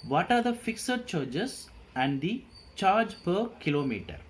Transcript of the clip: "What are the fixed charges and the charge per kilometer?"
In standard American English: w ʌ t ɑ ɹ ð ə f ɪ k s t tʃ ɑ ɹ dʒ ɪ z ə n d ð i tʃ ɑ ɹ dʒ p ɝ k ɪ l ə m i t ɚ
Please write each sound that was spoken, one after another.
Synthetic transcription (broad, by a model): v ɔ t ɑ ɹ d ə f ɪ k s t tʃ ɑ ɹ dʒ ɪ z ə n d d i tʃ ɑ ɹ dʒ p ɝ k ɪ l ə m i t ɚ